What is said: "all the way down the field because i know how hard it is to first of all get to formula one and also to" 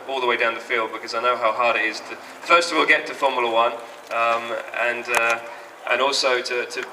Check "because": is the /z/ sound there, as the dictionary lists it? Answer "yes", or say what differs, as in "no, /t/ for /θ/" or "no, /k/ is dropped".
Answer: yes